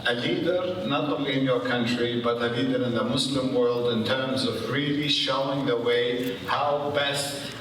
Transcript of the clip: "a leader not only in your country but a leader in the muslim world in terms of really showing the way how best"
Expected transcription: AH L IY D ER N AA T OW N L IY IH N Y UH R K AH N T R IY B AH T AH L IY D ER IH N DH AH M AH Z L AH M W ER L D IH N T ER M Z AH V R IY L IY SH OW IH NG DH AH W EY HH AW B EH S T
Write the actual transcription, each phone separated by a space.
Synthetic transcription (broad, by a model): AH L IY D ER N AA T OW N L IY IH N Y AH R K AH N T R IY B AH T AH L IY D ER IH N DH AH M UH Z L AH M W ER L D IH N T ER M Z AH V R IY L IY SH OW IH NG DH AH W EY HH AW B EH S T